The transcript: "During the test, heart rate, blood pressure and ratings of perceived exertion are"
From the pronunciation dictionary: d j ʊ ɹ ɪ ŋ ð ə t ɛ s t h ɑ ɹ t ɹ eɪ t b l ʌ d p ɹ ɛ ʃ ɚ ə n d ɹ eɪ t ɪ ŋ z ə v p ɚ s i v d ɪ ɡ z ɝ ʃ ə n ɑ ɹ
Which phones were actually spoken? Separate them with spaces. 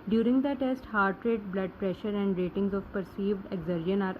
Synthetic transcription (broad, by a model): d j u ɹ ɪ ŋ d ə t ɛ s t h ɑ ɹ t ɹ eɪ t b l ʌ d p ɹ ɛ ʃ ɚ ə n d ɹ eɪ t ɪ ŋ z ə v p ɚ s i v d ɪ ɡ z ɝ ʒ ə n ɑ ɹ